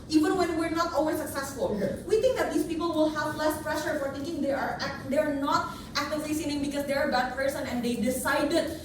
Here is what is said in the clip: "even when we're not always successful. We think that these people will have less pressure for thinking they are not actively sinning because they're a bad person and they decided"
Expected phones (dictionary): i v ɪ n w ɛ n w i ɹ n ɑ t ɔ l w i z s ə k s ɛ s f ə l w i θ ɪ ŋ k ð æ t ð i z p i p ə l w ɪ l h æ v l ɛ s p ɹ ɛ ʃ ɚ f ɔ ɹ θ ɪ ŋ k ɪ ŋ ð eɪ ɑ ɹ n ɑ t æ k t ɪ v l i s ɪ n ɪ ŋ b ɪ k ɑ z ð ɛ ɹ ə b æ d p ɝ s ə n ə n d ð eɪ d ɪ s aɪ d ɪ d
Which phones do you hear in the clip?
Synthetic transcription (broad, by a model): i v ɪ n w ɛ n w i ɹ n ɑ t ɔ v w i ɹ s ə k s ɛ s f ə l w i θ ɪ ŋ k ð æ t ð i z p i p ə l w ɪ l h æ v l ɛ s p ɹ ɛ ʃ ɚ f ɔ ɹ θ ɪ ŋ k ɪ ŋ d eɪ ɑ ɹ n ɑ t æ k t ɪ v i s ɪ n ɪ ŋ b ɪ k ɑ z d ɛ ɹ ə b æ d p ɝ s ə n ə n d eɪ d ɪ s aɪ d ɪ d